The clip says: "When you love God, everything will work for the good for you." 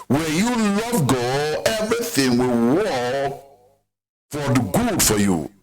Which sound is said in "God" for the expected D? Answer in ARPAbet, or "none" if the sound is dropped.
none